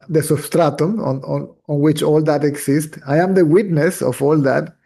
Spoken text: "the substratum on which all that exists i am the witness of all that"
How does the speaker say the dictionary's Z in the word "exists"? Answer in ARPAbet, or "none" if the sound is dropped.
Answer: S